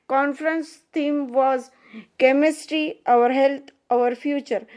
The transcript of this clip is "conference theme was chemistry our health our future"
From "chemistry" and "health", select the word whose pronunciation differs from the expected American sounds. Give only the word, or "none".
health